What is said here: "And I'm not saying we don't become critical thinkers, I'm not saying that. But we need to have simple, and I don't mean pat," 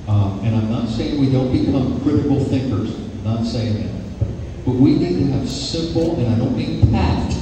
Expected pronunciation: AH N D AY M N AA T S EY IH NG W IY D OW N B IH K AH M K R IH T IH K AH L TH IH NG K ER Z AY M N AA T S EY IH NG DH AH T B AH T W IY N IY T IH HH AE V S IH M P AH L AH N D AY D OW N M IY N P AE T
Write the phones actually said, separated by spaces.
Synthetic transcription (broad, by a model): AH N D AY M N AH T S EY IH NG W IY D OW N B IH K AH M K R IH T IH K L TH IH NG K ER Z N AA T S EY IH NG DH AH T B AH T W IY N IY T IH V S IH M P L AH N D AY D OW N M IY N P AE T